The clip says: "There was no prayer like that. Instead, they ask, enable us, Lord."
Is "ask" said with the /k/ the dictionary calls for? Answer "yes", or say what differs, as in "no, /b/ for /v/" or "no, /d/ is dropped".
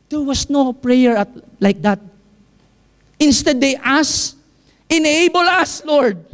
no, /k/ is dropped